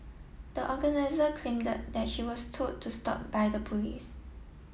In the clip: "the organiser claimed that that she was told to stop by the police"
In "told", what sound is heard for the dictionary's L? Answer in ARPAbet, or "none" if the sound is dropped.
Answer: none